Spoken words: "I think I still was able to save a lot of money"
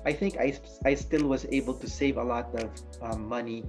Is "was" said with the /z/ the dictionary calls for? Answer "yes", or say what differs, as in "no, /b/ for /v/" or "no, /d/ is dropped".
yes